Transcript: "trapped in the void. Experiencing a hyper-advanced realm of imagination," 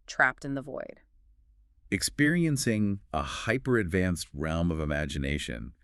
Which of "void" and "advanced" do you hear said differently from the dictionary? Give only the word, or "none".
none